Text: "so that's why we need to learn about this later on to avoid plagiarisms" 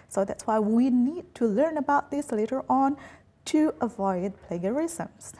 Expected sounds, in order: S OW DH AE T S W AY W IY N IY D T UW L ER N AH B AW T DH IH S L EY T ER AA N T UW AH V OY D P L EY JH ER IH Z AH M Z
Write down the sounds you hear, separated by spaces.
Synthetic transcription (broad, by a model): S OW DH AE T S W AY W IY N IY D T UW L ER N AH B AW T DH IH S L EY T ER AA N T UW AH V OY D P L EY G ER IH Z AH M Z